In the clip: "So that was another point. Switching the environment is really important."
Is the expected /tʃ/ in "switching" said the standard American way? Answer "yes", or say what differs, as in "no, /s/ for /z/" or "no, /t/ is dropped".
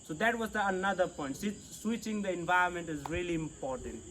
yes